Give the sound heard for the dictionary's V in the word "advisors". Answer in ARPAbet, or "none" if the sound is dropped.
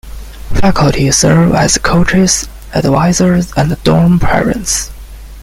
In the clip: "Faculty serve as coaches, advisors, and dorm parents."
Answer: W